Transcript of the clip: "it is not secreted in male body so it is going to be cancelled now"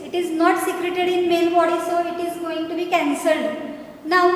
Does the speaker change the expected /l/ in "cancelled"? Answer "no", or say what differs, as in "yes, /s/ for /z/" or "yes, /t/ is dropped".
no